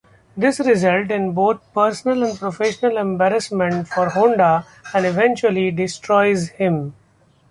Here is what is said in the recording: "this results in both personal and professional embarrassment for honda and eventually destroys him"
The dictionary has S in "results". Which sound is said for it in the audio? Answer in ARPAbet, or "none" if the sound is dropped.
none